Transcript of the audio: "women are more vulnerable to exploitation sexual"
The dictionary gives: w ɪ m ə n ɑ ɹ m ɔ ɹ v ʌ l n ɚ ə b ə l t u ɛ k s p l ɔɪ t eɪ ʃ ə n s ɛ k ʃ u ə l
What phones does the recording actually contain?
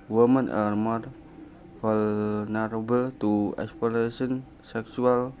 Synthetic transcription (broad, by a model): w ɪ m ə n ɑ ɹ m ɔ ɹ f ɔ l n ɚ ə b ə l t u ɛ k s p ɔɪ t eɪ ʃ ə n s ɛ k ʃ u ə l